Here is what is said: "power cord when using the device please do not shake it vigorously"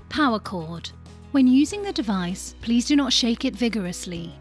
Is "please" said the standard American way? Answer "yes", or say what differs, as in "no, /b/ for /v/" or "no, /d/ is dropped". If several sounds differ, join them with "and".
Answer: yes